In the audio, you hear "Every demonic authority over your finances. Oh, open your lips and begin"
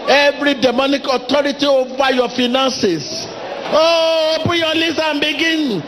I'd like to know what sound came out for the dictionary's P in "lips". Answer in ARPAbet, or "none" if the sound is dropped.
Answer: none